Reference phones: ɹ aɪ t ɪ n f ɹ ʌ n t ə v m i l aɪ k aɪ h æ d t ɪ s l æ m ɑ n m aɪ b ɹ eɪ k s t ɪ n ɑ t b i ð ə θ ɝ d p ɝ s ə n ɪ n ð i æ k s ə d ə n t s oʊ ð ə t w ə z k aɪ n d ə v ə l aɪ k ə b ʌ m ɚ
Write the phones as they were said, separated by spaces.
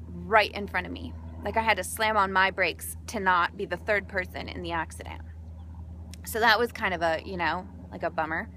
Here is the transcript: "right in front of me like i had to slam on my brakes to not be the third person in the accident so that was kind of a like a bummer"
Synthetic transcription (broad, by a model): ɹ aɪ t ɪ n f ɹ ʌ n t ə v m i l aɪ k aɪ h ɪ d t ɪ s l æ m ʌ n m aɪ b ɹ eɪ k s t ɪ n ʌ t b i ð ə θ ɝ d p ɝ s ə n ɪ n ð i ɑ k s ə d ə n s oʊ ð ə t w ə z k aɪ n d ə v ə l aɪ k ə b ʌ m ɚ